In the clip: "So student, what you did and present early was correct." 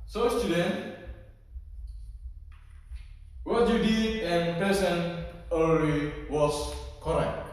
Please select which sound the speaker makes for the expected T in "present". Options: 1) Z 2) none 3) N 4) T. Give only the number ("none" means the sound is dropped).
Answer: 2